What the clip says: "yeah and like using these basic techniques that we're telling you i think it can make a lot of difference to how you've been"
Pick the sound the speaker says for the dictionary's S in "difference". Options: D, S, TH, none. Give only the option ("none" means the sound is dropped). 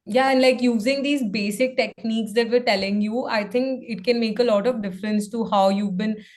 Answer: S